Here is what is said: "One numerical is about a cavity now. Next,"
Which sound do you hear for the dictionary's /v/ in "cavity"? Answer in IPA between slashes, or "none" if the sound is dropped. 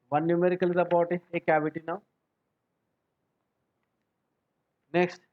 /b/